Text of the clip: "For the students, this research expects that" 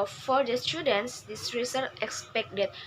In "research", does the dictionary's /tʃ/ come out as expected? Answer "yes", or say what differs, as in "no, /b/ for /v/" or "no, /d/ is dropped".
no, /tʃ/ is dropped